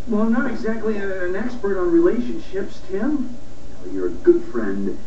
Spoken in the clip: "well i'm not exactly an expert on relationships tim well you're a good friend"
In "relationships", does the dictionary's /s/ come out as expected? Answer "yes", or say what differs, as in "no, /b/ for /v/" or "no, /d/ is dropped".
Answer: yes